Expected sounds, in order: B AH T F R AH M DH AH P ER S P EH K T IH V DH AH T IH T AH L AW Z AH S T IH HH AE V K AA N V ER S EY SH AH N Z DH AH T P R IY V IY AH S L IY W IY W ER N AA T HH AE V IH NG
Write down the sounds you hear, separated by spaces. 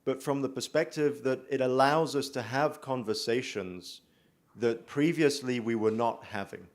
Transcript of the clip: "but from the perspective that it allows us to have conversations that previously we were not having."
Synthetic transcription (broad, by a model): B AH T F R AH M DH AH P ER S P EH K T IH V DH AH T IH T AH L AW Z AH S T IH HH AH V K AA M V ER S EY SH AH N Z DH AH T P R IY V IY AH S L IY W IY W ER N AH T HH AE V IH NG